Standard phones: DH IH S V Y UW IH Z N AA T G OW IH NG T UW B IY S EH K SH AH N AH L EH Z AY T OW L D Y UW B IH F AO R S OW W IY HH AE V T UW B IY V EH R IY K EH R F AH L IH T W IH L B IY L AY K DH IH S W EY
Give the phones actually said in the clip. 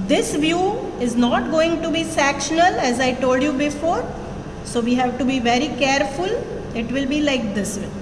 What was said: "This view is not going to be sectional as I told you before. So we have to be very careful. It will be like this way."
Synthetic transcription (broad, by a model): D IH S V Y UW IH Z N AA T G OW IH NG T UW B IY S EH K SH AH N AH L EH Z AY T OW L D Y UW B IH F AO R S OW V IY HH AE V T UW B IY V EH R IY K EH R F AH L IH T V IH L B IY L AY K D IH S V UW